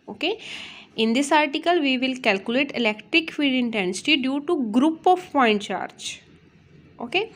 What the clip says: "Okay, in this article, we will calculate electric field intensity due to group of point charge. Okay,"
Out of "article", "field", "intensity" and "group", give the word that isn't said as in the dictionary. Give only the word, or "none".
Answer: field